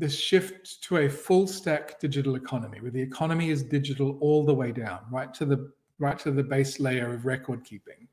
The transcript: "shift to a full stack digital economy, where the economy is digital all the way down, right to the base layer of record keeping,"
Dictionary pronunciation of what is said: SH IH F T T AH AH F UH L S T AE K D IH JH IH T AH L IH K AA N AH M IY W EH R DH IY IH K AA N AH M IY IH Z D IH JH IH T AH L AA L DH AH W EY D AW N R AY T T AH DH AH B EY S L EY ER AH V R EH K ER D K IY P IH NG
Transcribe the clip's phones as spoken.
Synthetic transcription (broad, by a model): SH IH F T T AH AH F UH L S T AE K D IH JH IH T L IH K AA N AH M IY W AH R DH IY IH K AA N AH M IY IH Z D IH JH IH T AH L AA L DH AH W EY D AW N R AY T T AH DH AH B EY S L EY ER AH V R EH K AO D K IY P IH NG